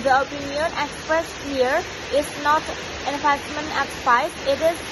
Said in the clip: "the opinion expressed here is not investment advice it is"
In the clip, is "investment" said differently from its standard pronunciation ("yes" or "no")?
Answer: yes